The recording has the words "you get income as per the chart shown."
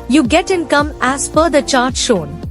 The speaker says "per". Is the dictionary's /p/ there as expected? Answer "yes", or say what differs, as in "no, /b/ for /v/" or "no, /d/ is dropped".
no, /f/ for /p/